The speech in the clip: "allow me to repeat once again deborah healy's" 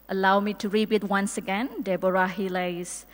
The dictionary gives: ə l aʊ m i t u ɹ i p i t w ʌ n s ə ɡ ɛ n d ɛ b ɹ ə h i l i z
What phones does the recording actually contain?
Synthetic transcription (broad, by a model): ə l aʊ m i t u ɹ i b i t w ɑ n s ə ɡ ɛ n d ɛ b ɹ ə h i l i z